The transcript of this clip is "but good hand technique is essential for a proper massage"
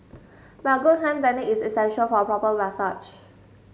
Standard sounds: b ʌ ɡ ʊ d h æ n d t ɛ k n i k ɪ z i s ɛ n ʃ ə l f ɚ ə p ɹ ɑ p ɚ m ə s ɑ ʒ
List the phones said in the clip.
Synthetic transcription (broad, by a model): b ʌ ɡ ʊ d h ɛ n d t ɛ n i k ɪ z i s ɛ n ʃ ə l f ə p ɹ ɑ p ɚ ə s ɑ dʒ